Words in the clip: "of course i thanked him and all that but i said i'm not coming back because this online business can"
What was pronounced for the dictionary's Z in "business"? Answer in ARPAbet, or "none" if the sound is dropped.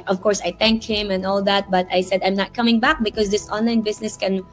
S